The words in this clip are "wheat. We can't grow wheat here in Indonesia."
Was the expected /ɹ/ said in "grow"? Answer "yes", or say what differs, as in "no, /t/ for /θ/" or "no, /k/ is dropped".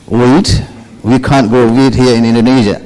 no, /ɹ/ is dropped